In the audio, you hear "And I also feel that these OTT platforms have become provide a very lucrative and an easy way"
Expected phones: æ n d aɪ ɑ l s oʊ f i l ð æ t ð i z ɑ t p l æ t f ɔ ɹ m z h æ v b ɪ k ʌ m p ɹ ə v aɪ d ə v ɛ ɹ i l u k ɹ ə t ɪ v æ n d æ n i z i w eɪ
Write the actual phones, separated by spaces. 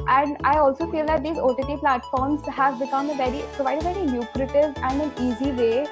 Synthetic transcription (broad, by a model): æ n d aɪ ɑ l s oʊ f i l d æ t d i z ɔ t p l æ t f ɔ ɹ m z h æ v b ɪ k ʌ m p ɹ ə v aɪ d ə v ɛ ɹ i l u k ɹ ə t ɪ v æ n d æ n i z i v eɪ